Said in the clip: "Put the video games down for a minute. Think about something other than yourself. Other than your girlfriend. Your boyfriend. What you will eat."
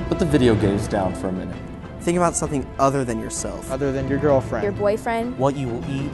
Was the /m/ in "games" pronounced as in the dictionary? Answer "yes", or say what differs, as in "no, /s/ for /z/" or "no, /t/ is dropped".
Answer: no, /m/ is dropped